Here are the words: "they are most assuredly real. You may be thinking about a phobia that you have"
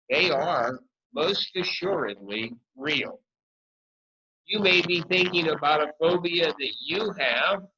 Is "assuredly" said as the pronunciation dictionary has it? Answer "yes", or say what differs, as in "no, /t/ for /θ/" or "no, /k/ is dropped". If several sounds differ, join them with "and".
yes